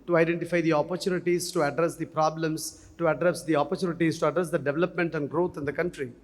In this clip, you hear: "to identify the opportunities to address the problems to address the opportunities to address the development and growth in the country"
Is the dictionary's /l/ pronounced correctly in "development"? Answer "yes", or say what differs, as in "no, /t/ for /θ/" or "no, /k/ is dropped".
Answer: yes